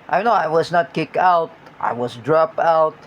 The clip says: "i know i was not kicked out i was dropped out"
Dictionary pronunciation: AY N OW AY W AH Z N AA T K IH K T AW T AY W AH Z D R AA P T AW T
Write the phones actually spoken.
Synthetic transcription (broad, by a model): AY N OW AY W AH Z N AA T K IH K AW T AY W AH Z D R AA P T AW T